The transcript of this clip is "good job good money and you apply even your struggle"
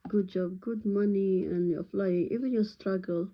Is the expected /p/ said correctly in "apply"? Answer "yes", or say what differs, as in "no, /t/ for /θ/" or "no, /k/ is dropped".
no, /f/ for /p/